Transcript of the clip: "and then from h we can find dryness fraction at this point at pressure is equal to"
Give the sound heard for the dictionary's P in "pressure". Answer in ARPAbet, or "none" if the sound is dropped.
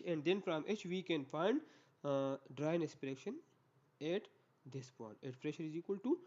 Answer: F